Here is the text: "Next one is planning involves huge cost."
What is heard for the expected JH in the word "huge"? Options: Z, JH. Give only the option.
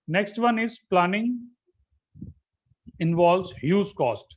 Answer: Z